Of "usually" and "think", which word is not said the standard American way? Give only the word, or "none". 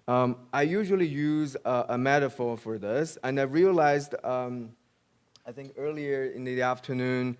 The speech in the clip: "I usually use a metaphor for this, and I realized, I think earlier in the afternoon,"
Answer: none